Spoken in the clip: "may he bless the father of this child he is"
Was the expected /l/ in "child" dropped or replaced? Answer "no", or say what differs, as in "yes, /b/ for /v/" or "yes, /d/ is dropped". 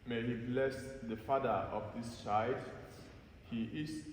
yes, /l/ is dropped